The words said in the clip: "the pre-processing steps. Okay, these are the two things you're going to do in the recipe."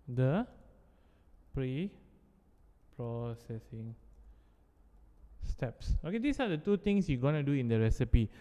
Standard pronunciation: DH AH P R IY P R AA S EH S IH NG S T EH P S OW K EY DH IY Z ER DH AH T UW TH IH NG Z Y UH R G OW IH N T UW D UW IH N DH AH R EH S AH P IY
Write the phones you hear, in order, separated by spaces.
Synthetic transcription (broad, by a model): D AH P R IY P R AA S EH S IH NG S T EH P S OW K EY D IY S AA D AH T UW T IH NG S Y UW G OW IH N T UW D UW IH N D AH R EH S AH P IY